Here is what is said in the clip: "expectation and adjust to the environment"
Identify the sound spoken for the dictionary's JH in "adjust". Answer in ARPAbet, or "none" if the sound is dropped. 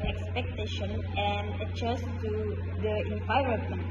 CH